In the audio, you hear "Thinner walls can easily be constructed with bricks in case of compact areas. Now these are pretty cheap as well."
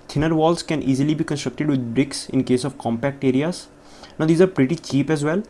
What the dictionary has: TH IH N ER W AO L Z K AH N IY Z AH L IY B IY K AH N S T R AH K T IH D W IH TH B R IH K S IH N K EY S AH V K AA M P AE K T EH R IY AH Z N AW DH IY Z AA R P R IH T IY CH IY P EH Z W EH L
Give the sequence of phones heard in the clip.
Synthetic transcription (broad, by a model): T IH N ER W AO L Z K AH N IY Z AH L IY B IY K AH N S T R AH K T IH D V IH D B R IH K S IH N K EY S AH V K AA M P AE K T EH R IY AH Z N AW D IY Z AA R P R IH T IY CH IY P EH Z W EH L